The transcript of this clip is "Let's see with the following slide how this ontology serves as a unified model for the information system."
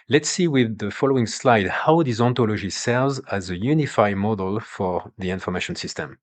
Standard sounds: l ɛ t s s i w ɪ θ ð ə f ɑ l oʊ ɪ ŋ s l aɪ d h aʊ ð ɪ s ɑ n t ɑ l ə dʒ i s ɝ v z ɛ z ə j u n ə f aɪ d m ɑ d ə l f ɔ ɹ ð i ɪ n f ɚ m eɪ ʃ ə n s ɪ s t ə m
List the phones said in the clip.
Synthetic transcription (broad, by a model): l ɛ t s s i w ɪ ð ə f ɑ l oʊ ɪ ŋ s l aɪ d h aʊ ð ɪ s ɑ n t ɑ l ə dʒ i s ɝ v z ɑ z ə j u n ə f aɪ d m ɑ d ə l f ɔ ɹ ð i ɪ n f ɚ m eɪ ʃ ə n s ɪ s t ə m